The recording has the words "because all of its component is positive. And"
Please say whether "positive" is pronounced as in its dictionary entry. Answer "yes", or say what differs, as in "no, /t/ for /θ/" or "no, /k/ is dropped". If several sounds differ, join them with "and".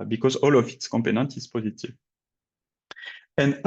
yes